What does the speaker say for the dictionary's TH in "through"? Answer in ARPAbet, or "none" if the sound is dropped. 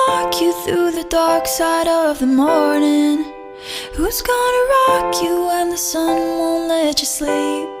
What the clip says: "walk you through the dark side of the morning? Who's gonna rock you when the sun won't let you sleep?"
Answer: TH